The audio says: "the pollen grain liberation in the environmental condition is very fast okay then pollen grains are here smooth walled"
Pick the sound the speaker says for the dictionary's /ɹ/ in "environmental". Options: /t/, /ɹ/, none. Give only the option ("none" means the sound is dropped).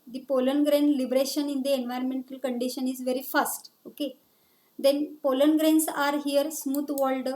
/ɹ/